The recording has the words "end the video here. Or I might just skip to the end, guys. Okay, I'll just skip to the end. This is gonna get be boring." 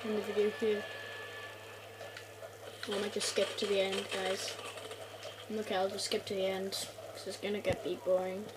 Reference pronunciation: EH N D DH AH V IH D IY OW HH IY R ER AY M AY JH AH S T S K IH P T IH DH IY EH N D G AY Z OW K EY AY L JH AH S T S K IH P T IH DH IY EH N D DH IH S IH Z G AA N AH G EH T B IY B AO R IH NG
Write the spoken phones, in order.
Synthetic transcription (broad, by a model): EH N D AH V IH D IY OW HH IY W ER M AY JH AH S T S K IH P T IH DH IY EH N D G AY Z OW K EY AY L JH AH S S K IH P T IH DH IY EH N D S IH IH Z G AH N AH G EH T B IY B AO R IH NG